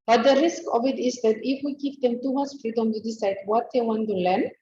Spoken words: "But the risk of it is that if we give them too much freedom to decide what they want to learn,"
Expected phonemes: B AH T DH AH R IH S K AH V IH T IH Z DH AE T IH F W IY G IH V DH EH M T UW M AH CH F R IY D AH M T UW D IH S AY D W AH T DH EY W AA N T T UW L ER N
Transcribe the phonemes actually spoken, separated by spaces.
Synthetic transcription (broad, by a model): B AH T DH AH R IH S K AH V IH T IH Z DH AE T IH F W IY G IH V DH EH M T UW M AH S F R IY D AH M T UW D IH S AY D W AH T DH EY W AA N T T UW L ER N